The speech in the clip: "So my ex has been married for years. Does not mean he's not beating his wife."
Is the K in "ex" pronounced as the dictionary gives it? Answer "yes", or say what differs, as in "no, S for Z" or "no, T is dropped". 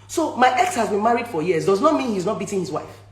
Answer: yes